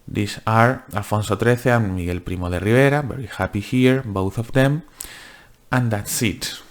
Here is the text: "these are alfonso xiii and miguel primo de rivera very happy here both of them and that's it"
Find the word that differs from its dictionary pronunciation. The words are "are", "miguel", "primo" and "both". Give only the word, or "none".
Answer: none